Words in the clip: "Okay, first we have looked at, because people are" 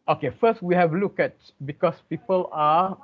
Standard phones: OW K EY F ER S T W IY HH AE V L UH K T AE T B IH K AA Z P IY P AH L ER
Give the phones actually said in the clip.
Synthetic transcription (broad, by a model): OW K EY F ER S T W IY HH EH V L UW K EH T B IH K AA S P IY P AH L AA